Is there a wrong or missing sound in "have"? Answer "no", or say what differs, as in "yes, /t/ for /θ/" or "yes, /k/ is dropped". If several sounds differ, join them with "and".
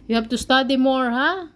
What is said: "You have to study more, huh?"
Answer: yes, /b/ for /v/